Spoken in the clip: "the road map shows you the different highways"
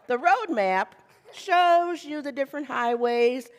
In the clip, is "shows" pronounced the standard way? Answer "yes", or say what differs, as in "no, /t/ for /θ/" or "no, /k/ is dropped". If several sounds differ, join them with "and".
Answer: yes